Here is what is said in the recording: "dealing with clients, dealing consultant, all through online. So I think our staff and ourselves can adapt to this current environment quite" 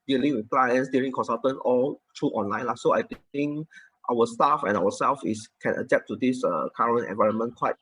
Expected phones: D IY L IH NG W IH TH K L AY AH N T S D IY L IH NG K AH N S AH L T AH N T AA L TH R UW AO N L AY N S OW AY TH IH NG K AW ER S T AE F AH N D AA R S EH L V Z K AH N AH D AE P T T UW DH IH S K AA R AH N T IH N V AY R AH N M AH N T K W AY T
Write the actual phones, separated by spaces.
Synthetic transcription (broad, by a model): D IY L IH NG W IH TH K L AY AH N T S D IY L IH NG K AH N S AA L T AH N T AA L T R UW AO N L AY N S OW AY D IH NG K AW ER S T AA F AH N AA W S EH L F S K AH N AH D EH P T T UW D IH S K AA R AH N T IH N V AY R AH N M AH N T K W AY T